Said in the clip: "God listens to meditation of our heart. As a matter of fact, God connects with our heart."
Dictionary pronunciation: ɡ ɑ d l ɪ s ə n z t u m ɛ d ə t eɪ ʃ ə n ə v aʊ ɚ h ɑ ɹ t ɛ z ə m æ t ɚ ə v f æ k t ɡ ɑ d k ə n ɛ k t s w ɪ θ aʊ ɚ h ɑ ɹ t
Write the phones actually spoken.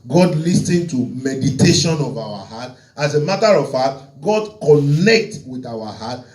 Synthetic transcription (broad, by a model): ɡ ɑ d l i s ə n t u m ɛ d ə t eɪ ʃ ə n ə v aʊ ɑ h ɑ t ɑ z ə m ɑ t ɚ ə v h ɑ t ɡ ɑ d k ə n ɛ k t w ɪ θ aʊ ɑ h ɑ t